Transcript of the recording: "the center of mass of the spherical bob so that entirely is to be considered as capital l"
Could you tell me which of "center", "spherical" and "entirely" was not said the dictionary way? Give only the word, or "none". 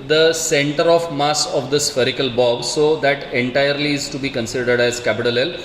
none